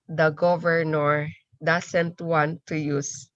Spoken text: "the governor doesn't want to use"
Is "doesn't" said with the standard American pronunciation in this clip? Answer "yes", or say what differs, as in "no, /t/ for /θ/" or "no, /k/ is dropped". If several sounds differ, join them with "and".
no, /s/ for /z/